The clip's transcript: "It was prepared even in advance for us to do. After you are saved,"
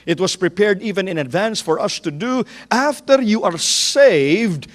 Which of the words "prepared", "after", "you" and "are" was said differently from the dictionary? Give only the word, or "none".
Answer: none